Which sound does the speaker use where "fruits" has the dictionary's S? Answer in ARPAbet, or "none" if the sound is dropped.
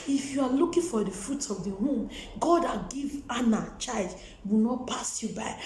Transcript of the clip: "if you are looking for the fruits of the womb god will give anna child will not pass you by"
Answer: none